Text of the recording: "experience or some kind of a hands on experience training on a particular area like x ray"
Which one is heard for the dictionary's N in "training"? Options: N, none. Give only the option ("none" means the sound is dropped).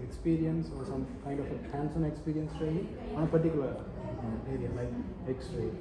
none